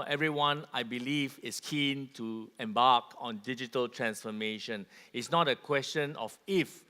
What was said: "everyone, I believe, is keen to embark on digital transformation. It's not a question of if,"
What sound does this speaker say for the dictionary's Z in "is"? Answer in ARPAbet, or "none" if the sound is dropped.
S